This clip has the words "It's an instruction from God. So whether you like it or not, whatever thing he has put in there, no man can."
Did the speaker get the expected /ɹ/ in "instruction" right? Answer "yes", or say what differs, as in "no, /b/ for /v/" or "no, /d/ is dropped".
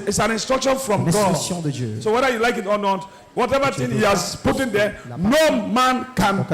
yes